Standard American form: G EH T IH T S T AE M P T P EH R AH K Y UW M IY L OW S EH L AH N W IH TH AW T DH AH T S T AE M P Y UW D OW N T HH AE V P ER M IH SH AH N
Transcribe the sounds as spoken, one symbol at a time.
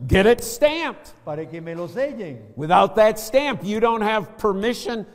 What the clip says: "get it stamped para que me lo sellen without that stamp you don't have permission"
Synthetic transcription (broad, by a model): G EH T IH T S T AE M P T P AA R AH K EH M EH L OW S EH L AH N W IH TH AW T DH AH T S T AE M P Y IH D OW N T HH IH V P ER M IH SH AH N